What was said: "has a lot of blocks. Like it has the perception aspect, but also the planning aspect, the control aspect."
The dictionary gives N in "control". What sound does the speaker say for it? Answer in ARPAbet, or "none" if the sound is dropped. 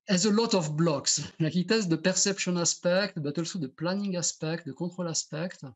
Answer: none